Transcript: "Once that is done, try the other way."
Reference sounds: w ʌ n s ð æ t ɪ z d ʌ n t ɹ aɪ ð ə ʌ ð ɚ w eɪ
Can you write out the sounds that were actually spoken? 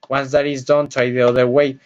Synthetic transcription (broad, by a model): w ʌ n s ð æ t ɪ z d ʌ n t aɪ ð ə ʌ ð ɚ w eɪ